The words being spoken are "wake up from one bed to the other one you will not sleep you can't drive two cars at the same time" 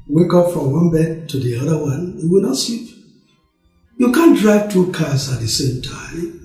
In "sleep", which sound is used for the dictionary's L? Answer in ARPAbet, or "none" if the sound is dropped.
none